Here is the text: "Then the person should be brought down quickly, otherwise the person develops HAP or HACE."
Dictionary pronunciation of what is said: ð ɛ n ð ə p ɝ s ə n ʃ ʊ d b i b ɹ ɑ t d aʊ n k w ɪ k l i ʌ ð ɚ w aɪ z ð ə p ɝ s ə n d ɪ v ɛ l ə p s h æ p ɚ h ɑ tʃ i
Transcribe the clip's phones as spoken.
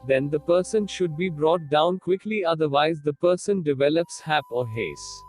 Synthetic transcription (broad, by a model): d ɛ n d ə p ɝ s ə n ʃ ʊ d b i b ɹ ɑ t d aʊ n k w ɪ k l i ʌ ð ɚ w aɪ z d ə p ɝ s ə n d ɪ v ɛ l ə p s h æ p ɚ h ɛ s